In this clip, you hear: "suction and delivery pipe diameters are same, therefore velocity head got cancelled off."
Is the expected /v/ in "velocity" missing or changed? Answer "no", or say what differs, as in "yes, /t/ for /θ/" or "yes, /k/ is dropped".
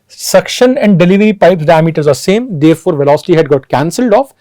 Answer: no